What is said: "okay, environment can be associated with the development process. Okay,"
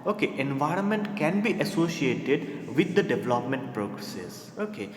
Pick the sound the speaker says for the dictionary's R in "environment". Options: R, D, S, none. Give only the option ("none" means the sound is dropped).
R